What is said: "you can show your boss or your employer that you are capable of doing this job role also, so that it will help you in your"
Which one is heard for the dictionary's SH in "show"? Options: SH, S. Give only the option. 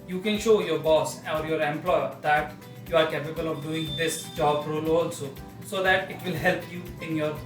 SH